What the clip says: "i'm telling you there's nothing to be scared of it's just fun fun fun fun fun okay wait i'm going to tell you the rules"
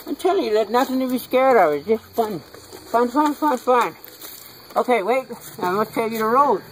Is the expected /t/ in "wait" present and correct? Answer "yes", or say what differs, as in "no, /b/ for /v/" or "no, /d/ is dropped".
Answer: yes